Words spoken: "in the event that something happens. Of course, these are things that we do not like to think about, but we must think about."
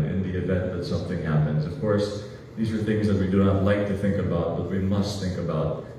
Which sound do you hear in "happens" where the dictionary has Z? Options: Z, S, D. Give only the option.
Z